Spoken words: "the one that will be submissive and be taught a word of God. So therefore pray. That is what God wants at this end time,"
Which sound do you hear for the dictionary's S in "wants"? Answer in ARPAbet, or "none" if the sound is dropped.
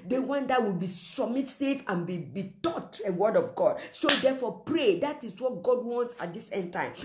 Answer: S